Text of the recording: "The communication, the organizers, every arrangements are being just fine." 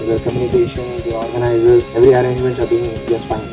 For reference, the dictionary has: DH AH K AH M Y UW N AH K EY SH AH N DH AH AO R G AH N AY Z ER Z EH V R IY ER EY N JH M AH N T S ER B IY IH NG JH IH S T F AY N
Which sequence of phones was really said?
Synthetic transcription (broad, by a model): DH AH K AH M Y UW N AH K EY SH AH N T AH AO R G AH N AY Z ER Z EH V R IY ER EY N JH M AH N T ER B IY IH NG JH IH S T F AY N